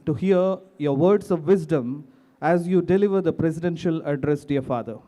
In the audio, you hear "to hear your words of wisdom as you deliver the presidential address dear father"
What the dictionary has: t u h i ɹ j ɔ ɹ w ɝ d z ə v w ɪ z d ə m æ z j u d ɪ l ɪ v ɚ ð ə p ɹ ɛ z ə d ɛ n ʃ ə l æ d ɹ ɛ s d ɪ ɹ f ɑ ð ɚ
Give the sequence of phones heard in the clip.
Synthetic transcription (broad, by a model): t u h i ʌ j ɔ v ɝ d s ə v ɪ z d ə m æ z j u d ɪ l ɪ v ɚ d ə p ɹ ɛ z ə d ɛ n ʃ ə l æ d ɹ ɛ s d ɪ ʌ f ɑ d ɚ